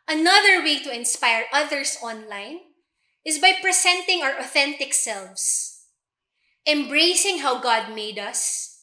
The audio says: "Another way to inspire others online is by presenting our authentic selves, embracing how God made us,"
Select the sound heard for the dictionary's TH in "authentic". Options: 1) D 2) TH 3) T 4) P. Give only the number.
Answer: 2